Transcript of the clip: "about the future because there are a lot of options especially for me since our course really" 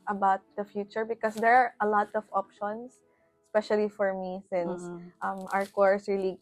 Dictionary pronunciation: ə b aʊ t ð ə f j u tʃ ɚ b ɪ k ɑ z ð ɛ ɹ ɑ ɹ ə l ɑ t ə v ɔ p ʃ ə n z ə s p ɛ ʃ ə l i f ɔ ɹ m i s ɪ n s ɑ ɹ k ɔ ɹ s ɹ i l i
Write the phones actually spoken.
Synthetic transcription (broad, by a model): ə b aʊ t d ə f j u tʃ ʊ b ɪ k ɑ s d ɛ ɹ ɑ ɹ ə l ɑ t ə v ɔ p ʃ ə n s s p ɛ ʃ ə l i f ɔ ɹ m i s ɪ n s ɑ ɹ k ɔ ɹ s ɹ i l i